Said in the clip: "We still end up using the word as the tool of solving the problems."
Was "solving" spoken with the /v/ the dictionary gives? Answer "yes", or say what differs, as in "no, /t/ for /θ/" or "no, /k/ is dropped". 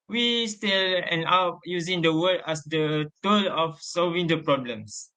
yes